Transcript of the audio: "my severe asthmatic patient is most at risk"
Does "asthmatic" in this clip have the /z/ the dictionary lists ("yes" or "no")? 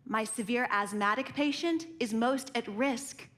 yes